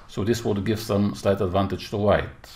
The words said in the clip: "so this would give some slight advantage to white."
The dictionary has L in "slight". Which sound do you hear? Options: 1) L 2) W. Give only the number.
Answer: 1